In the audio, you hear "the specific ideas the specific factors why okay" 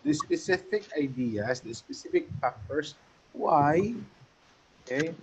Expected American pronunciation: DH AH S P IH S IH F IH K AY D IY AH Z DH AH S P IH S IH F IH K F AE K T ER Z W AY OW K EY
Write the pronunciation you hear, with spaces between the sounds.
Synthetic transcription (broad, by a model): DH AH S P IH S IH F IH K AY D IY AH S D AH S P IH S IH F IH K P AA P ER S W AY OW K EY